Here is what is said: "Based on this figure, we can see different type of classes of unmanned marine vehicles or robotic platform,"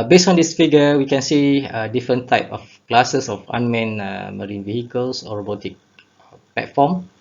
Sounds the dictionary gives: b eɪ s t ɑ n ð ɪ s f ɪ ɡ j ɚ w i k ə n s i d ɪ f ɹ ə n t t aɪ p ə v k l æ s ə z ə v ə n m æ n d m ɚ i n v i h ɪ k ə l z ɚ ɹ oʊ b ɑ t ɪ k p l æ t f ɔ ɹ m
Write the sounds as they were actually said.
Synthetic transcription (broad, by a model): b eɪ s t ɑ n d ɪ s f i ɡ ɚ w i k ə n s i d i f ɹ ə n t t aɪ p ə f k l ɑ s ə s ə f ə n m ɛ n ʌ m ɚ i n v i h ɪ k ə l s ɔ ɹ oʊ b ɑ t ɪ k p l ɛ t f ɔ m